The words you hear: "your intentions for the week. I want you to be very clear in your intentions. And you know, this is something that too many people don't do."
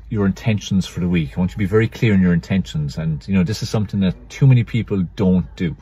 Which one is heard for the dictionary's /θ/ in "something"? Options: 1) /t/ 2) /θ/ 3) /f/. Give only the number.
2